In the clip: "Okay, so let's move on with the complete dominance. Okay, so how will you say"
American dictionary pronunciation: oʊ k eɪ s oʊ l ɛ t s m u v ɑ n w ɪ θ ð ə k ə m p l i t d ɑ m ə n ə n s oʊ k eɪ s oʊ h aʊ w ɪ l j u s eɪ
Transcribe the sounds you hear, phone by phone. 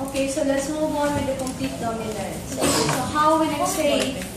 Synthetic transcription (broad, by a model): oʊ k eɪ s oʊ l ɛ t s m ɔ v ɑ n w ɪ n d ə k ə m p l i t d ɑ ə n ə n oʊ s s oʊ h aʊ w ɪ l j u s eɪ